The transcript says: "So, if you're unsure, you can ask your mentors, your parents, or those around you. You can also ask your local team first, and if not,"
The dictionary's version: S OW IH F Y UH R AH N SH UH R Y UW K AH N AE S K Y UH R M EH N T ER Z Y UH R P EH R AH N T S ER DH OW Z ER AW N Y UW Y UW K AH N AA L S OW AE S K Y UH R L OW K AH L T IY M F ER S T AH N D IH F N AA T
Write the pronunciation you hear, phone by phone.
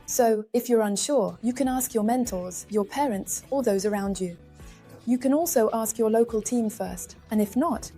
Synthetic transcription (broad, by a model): S OW IH F Y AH R AH N SH UH R Y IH K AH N AE S K Y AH R M EH N T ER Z Y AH R P EH R AH N T S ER DH OW Z ER AW N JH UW Y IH K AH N AA L S OW AE S K Y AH R L OW K AH L T IY M F ER S T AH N IH F N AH T